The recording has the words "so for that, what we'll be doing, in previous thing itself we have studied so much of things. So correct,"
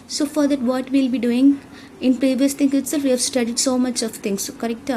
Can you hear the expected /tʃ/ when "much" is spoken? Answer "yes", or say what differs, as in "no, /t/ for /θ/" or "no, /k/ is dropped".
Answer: yes